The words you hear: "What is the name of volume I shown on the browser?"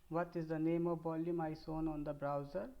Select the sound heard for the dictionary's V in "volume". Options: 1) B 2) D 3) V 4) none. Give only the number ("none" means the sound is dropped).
1